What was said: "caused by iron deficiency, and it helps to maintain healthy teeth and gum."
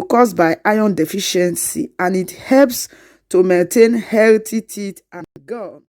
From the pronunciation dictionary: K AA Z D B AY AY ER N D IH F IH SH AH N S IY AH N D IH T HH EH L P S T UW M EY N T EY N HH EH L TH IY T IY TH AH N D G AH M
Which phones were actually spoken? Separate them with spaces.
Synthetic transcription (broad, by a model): K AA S B AY AY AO N D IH F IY SH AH N S IY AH N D IH T HH EH L P S T UW M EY N T EY N HH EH L T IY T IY T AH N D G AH